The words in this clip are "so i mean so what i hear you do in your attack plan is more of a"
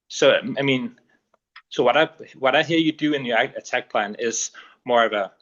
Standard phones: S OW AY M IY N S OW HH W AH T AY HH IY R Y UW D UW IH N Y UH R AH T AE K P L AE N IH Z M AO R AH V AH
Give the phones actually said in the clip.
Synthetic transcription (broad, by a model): S OW AY M IY N S OW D W AH T AY HH IY R Y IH D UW IH N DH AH R AH T AE K P L AE N IH Z M AO R AH V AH